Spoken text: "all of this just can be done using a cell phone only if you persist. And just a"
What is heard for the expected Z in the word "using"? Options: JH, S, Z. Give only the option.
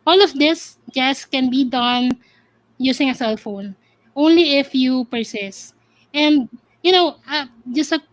S